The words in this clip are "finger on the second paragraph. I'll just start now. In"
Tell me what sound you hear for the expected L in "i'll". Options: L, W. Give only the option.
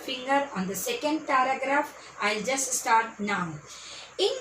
L